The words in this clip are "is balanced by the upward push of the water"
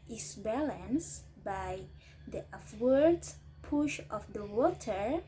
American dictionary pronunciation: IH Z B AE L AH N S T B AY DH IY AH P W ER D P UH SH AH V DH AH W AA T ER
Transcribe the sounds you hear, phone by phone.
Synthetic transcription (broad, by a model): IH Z B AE L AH N S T B AY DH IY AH F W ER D P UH SH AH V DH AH W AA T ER